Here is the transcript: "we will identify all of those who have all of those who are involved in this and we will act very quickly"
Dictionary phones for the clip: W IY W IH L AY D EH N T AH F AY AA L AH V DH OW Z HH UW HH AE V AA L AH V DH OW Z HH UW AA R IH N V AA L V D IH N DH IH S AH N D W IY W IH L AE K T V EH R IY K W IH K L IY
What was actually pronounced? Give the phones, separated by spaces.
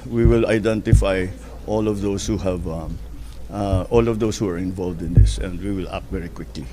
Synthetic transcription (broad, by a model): W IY W IH L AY D EH N T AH F AY AA L AH V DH OW S HH UW HH AE V AA L AH V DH OW S HH UW AA R IH N V AA L V D IH N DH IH S AH N D W IY W IH L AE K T V EH R IY K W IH K L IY